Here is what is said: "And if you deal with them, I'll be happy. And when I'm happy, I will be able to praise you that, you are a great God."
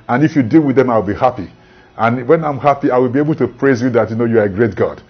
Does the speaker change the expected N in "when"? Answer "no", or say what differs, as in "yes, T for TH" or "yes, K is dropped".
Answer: no